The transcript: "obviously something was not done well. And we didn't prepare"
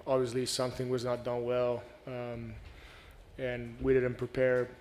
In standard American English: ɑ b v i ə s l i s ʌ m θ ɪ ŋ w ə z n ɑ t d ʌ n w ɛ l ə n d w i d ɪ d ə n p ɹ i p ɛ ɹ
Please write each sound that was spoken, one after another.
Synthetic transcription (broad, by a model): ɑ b v i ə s l i s ʌ m θ ɪ ŋ w ə z n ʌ t d ʌ n w ɛ l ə n w i d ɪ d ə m p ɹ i p ɛ ɹ